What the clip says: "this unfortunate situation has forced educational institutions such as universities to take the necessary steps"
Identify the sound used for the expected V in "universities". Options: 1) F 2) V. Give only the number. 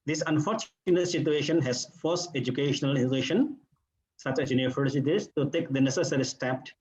1